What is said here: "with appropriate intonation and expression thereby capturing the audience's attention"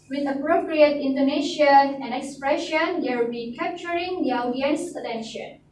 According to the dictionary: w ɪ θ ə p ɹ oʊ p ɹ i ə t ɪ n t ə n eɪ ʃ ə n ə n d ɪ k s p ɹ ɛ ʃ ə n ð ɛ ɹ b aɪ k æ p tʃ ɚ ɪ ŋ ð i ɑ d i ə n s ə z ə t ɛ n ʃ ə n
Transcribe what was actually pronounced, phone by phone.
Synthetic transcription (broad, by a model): w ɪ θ ə p ɹ oʊ p ɹ i ə t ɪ n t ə n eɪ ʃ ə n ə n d ɪ k s p ɹ ɛ ʃ ə n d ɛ l b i k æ p tʃ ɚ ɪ ŋ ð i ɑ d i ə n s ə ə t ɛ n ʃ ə n